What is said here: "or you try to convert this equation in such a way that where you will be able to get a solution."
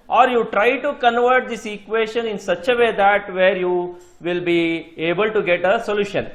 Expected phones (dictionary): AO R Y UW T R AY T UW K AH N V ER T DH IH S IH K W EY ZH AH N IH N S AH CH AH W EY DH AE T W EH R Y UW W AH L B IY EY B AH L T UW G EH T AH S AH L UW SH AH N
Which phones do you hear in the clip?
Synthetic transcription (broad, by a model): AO R Y UW T R AY T UW K AH N V ER T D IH S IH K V EY SH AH N IH N S AH CH AH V EY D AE T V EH R Y UW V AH L B IY EY B AH L T UW G EH T AH S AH L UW SH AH N